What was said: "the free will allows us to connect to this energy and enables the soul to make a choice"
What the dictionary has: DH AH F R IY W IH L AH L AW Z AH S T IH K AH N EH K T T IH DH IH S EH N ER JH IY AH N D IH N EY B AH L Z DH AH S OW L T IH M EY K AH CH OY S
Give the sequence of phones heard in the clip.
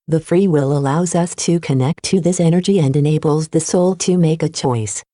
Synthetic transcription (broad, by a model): DH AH F R IY W IH L AH L AW Z AH S T IH K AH N EH K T T IH DH IH S EH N ER JH IY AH N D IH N EY B L Z DH AH S OW L T IH M EY K AH CH OY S